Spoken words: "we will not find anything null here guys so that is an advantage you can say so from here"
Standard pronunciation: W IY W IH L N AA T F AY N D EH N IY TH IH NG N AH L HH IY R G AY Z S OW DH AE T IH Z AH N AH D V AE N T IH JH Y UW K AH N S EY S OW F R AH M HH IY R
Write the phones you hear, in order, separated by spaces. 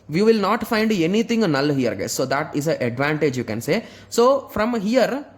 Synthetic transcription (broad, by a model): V IY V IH L N AA T F AY N D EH N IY T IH NG N AH L HH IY R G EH S OW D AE T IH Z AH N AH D V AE N T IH JH Y UW K AH N S EY S OW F R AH M HH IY R